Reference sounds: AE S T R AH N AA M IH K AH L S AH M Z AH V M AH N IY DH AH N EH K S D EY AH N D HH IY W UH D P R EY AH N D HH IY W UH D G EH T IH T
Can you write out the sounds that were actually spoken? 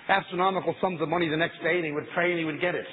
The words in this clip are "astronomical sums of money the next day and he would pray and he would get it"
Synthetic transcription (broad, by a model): AE S T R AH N AA M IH K L S AH M Z AH V M AH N IY DH AH N EH K S D EY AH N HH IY W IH D P R EY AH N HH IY W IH D G EH T IH T